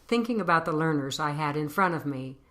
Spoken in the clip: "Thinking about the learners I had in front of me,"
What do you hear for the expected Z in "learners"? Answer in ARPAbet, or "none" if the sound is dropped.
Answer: Z